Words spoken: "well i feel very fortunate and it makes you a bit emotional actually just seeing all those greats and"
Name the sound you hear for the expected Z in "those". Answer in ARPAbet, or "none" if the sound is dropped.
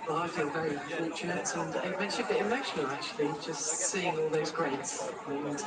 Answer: Z